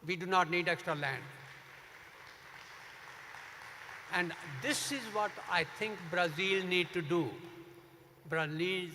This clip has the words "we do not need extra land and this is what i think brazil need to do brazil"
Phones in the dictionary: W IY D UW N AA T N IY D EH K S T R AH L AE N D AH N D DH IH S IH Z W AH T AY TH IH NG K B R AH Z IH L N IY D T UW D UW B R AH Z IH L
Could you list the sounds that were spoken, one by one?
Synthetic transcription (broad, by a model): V IY D UW N AA T N IY D EH K S T R AH L AE N D AH N D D IH S IH Z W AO T AY T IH NG K B R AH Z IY L N IY D T UW D UW B R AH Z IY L